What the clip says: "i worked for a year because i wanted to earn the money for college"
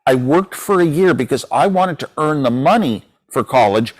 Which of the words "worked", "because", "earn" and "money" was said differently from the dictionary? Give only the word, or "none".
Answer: none